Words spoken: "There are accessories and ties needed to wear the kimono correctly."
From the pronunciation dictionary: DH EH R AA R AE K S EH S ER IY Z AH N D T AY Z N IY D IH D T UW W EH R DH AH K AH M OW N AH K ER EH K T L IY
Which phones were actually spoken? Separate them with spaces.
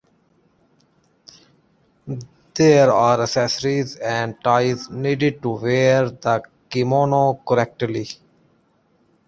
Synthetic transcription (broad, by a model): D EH R AA R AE S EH S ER IY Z AH N D T AY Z N IY D IH D T UW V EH R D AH K AH M OW N AH K ER EH K T L IY